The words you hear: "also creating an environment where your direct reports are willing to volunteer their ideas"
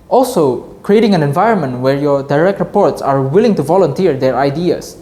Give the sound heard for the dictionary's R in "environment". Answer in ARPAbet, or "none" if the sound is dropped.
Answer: R